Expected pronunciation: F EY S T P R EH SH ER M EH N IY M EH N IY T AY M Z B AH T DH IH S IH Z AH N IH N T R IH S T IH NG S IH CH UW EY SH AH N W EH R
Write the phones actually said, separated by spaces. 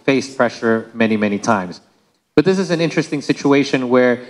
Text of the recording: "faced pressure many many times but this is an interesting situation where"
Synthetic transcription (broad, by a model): F EY S P R EH SH ER M EH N IY M EH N IY T AY M Z B AH T DH IH S IH Z AH N IH N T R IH S T IH NG S IH CH UW EY SH AH N W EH R